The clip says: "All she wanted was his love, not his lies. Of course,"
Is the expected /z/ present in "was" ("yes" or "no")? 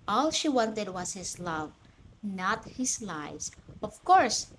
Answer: no